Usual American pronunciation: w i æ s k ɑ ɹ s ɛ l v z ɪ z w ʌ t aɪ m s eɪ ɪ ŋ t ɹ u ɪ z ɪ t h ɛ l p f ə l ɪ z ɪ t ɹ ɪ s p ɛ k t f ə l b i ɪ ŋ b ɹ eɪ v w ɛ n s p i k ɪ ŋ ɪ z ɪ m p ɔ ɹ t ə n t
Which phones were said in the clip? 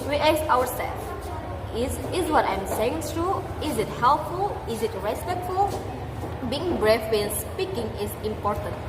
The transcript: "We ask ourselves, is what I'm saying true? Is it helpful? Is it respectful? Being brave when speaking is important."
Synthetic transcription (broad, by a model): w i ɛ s ɑ w s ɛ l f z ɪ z w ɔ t aɪ m s eɪ ɪ ŋ t ɹ u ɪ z ɪ t h ɛ l p f ə l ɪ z ɪ t ɹ ɪ s p ɛ k t f ə l b i ɪ ŋ b ɹ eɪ f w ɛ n s p i k ɪ ŋ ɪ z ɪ m p ɔ ɹ t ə n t